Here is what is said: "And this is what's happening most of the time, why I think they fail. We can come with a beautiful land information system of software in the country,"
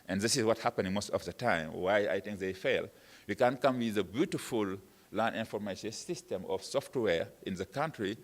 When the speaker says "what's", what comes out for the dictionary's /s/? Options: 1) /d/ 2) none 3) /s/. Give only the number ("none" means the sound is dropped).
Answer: 2